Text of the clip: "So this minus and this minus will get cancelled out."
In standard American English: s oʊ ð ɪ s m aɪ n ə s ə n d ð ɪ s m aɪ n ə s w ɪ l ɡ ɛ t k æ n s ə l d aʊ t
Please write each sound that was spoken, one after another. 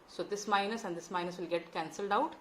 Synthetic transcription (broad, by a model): s oʊ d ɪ s m aɪ n ə s ə n d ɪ s m aɪ n ə s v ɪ l ɡ ɛ t k æ n s ə l d aʊ t